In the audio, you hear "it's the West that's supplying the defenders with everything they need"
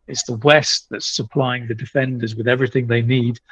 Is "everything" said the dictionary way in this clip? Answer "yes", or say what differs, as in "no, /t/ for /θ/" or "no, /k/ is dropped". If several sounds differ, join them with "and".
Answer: yes